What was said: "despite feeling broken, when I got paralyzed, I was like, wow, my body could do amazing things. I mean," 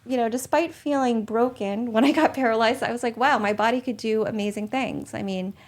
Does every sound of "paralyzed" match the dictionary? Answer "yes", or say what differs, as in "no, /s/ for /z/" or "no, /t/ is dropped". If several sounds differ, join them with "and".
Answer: yes